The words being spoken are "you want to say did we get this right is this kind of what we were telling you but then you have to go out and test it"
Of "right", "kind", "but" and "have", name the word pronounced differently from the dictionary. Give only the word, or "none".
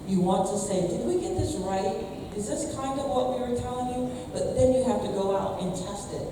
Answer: have